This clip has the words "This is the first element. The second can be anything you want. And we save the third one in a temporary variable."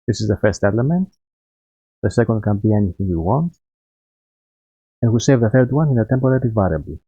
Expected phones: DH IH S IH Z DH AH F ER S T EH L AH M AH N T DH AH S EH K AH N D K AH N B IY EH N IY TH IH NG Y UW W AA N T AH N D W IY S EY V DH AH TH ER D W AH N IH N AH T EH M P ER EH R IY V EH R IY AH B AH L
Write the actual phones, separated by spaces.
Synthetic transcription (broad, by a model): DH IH S IH Z DH AH F ER S T EH L AH M AH N T DH AH S EH K AH N D K AH N B IY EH N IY TH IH NG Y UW W AA N T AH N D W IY S EY V DH AH TH ER D W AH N IH N AH T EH M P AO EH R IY V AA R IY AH B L